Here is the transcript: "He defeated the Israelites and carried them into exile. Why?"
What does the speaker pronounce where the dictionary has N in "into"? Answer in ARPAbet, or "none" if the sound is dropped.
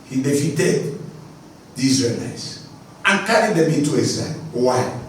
none